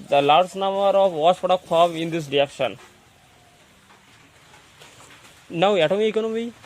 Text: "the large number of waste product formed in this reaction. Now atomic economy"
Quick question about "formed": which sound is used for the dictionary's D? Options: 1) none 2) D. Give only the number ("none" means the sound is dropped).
1